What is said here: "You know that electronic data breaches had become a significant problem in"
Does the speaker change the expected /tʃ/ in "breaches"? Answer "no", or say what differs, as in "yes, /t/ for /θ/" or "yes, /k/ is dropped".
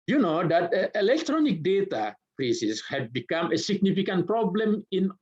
yes, /s/ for /tʃ/